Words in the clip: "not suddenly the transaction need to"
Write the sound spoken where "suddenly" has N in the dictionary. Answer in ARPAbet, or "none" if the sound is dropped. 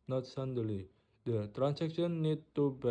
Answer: none